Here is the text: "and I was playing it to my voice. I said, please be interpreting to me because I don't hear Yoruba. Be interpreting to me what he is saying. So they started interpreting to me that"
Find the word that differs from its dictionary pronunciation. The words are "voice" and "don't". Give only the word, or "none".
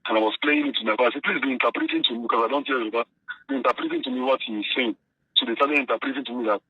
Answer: voice